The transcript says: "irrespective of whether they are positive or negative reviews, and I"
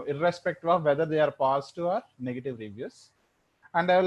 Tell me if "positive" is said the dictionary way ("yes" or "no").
no